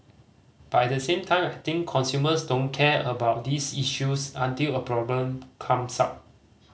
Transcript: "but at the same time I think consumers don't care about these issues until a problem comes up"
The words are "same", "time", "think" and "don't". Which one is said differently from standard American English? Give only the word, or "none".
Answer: think